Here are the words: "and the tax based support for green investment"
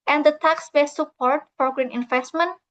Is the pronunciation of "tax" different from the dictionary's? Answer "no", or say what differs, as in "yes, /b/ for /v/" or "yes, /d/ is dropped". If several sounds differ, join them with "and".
no